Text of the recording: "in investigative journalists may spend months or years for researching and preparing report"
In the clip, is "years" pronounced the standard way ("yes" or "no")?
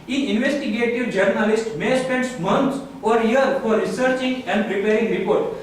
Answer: no